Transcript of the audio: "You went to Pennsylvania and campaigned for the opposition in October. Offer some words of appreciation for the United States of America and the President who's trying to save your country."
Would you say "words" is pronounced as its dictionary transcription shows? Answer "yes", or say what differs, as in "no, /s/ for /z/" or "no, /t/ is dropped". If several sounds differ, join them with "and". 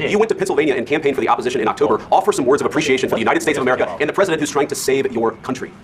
yes